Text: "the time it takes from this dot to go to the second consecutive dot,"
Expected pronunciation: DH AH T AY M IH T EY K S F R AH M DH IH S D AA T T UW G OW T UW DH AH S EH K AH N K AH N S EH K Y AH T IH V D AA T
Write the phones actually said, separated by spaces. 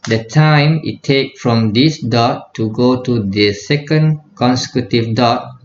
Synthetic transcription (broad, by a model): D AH T AY M IH T EY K F R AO M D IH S D AA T T UW G OW T UW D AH S EH K AH N K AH N S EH K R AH T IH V D AA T